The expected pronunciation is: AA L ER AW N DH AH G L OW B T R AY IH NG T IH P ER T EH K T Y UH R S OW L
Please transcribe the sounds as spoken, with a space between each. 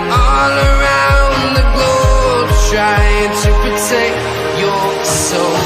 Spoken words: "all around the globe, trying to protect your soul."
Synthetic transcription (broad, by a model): AA L ER AW N DH AH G OW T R AY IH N T IH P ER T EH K Y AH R S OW